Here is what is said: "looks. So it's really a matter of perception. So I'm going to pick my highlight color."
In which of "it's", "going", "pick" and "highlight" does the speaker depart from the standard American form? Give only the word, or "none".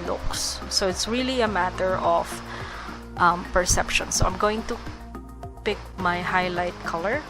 none